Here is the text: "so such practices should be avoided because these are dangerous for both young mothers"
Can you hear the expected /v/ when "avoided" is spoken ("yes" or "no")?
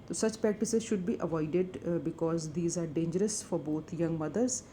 yes